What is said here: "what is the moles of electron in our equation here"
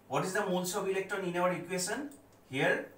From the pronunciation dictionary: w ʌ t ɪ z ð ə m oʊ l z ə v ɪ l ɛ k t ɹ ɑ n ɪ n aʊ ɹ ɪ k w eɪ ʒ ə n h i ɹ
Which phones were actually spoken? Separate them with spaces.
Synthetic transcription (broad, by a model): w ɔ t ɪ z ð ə m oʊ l s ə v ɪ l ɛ k t ɑ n ɪ n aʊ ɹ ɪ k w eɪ s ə n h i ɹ